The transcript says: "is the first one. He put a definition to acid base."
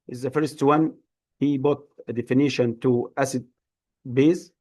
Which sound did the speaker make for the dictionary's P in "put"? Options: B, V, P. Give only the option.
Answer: B